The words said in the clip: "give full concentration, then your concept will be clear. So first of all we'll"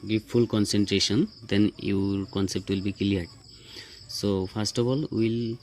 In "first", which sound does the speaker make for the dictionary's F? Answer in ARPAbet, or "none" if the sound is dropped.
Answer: P